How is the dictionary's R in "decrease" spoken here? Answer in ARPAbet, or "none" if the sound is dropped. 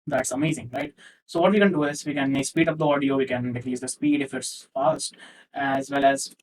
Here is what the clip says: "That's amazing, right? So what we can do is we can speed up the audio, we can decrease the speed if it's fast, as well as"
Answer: L